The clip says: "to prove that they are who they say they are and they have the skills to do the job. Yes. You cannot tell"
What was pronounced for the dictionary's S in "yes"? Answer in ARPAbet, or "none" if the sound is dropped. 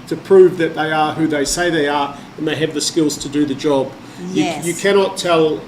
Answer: none